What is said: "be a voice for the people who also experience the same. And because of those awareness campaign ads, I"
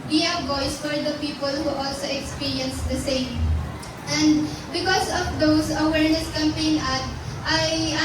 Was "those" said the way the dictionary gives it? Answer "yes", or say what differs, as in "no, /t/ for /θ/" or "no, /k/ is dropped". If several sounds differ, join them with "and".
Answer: no, /s/ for /z/